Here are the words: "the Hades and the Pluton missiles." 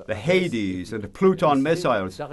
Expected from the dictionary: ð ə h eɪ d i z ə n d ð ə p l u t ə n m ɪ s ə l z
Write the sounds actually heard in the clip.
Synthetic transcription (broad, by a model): ð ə h eɪ d i z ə n ð ə p l u t ə n m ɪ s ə l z